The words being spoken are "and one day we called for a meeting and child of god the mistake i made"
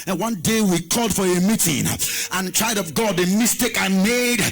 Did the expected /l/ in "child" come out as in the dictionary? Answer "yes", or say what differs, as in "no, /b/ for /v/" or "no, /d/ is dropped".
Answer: no, /l/ is dropped